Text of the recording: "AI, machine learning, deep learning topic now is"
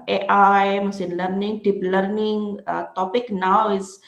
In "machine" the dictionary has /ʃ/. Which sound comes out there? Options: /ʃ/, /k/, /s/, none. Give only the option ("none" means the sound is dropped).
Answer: /s/